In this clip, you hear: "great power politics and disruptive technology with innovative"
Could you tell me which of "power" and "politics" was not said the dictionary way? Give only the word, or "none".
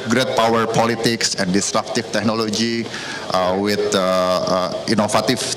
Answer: none